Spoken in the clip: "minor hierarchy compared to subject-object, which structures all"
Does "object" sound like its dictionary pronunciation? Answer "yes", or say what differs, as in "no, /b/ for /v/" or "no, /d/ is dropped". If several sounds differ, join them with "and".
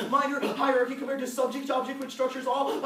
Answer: yes